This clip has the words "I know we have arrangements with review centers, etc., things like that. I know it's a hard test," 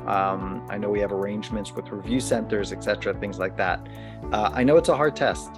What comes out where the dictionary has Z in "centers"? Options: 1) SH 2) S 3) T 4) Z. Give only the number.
4